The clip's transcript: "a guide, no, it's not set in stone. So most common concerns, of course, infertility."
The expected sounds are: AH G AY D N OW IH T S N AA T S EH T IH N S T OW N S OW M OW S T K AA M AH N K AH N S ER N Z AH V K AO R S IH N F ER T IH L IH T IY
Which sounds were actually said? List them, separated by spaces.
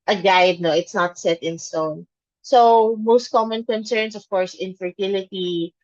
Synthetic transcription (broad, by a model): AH G AY D N OW IH T S N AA T S EH T IH N S T OW N S OW M OW S T K AA M AH N K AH N S ER N S AH V K AO R S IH N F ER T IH L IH T IY